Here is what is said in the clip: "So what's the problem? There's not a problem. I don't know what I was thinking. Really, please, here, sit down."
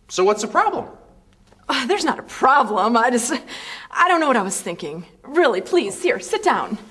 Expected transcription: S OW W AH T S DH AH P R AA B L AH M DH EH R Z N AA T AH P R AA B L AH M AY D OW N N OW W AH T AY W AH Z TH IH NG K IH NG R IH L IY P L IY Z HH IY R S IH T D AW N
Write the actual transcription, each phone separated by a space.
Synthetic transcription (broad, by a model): S OW W AH T S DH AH P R AA B L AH M DH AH R Z N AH T AH P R AA B L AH M AY D OW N N OW W AH T AY W AH Z TH IH NG K IH NG R IH L IY P L IY Z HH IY R S IH T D AW N